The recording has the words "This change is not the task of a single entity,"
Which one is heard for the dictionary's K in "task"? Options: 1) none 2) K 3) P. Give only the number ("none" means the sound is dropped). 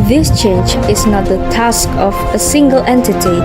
2